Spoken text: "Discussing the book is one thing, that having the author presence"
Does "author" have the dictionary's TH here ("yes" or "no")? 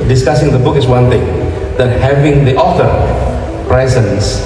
no